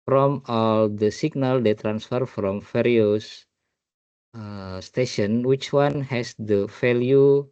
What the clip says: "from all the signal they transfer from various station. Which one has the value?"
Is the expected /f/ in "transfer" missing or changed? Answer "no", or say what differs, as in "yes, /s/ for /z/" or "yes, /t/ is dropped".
no